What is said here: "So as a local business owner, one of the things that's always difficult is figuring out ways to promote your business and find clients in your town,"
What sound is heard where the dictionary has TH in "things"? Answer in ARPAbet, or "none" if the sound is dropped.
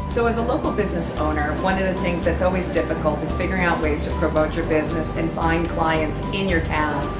TH